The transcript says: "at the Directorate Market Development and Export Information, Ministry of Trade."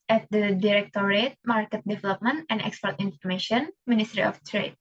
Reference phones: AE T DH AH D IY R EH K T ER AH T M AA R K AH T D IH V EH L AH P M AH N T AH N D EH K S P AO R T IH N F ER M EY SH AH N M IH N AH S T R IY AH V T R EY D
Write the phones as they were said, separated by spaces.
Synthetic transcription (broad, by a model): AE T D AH D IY R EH K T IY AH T M AA R K AH T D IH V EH L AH P M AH N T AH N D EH K S P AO R T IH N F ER M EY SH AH N M IH N AH S T R IY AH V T R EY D